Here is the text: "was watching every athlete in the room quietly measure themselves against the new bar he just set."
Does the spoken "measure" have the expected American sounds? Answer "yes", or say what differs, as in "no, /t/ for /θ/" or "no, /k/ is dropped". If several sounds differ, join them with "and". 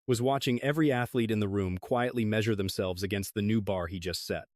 yes